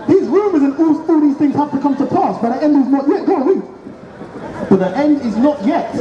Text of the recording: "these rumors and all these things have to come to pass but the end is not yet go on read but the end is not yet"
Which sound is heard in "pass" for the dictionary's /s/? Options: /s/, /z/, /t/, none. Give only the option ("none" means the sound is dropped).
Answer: /s/